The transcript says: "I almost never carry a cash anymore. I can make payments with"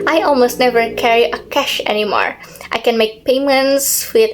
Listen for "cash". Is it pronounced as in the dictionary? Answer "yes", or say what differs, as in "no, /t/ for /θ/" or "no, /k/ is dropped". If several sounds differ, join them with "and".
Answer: yes